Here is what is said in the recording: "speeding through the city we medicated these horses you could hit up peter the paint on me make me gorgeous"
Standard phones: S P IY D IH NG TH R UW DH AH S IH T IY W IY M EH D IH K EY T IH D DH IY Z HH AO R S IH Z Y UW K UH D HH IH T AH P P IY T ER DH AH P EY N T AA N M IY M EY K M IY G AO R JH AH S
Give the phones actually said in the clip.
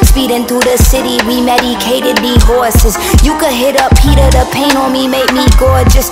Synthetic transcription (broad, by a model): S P IY D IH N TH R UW DH AH S IH T IY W IY M EH D IH K EY T IH D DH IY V AO R S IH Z Y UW K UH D HH IH T AH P P IY T ER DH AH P EY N AA L M IY M EY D M IY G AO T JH AH S